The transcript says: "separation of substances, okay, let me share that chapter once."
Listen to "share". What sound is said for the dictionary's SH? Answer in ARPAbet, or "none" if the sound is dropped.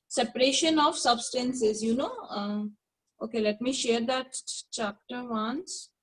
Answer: SH